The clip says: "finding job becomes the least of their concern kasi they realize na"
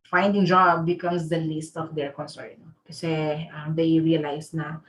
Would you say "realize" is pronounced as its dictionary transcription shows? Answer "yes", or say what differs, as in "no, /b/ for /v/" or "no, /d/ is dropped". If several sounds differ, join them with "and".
no, /s/ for /z/